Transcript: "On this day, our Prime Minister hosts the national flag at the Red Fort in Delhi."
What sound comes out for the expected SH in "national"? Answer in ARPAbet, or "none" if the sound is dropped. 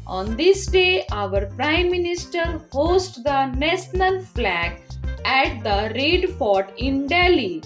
S